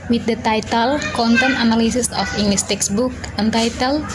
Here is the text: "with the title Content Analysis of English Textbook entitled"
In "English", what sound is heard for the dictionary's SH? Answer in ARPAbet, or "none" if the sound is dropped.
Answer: S